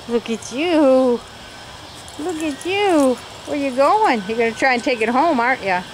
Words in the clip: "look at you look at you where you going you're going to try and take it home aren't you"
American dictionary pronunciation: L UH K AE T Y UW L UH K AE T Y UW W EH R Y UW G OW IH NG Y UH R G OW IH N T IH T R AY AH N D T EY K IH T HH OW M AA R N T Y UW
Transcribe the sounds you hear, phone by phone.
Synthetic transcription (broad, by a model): L UH K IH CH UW L UH K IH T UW W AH R Y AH G OW IH NG Y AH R G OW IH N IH T R AY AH N T EY K IH T HH OW M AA R T Y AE